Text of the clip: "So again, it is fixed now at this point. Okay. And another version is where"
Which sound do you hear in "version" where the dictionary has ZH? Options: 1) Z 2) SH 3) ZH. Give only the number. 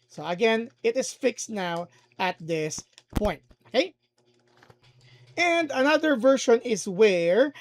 2